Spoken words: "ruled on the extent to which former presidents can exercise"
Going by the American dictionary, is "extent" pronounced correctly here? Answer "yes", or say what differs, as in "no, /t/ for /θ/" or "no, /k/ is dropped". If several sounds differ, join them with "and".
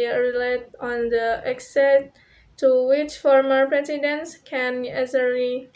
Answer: no, /n/ is dropped